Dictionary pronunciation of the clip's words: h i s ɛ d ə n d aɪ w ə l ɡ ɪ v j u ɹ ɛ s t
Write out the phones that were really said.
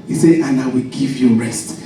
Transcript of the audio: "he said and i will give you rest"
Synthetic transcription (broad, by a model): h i s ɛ ə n aɪ w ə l ɡ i v j u ɹ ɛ s t